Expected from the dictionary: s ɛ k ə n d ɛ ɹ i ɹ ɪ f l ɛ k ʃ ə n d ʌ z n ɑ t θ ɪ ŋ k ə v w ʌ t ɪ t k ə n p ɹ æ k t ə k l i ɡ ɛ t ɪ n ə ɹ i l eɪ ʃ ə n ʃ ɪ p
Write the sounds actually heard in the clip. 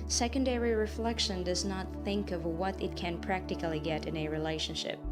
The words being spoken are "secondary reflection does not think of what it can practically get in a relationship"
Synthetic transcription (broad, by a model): s ɛ k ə n d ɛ ɹ i ɹ ɪ f l ɛ k ʃ ə n d ʌ z n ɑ t θ ɪ ŋ k ə v w ʌ t ɪ t k ə n p ɹ æ k t ə k l i ɡ ɛ t ɪ n ə ɹ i l eɪ ʃ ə n ʃ ɪ p